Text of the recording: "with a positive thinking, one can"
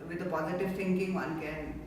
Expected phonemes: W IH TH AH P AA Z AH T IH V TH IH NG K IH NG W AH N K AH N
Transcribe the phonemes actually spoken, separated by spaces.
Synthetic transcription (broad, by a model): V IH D AH P AA Z AH T IH V T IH NG K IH NG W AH N K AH N